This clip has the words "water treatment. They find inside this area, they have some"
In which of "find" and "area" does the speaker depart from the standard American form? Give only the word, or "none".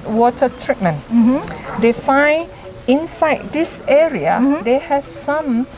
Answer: find